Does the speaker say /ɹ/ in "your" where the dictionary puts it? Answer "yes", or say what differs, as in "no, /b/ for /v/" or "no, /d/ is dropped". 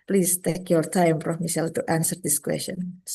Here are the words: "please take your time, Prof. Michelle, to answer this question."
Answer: no, /l/ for /ɹ/